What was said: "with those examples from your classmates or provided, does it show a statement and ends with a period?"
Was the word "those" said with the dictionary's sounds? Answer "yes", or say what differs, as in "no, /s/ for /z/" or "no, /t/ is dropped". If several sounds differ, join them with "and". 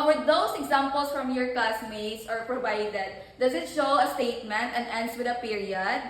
no, /s/ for /z/